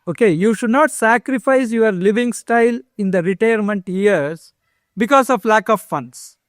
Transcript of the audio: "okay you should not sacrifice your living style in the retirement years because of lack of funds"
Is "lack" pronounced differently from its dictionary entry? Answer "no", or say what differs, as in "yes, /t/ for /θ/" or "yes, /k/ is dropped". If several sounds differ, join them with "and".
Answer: no